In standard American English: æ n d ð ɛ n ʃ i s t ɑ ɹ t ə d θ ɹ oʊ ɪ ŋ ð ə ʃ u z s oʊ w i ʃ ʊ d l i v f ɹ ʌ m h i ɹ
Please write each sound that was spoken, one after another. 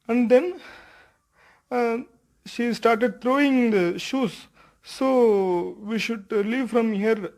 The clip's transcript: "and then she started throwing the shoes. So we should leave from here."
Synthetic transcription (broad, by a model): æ n d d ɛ n ʃ i s t ɑ ɹ t ə d t ɹ oʊ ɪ ŋ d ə ʃ u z s oʊ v i ʃ ʊ d l i v f ɹ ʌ m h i ɹ